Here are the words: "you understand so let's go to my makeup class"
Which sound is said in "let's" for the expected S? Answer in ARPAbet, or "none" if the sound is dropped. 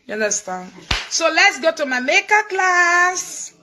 S